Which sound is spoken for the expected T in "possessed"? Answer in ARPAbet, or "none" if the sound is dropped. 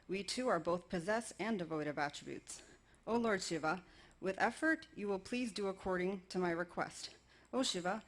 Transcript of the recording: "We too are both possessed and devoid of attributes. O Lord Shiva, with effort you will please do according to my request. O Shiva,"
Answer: none